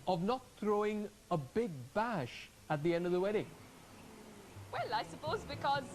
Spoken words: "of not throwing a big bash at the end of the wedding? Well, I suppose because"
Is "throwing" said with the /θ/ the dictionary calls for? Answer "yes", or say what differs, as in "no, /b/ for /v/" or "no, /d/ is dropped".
yes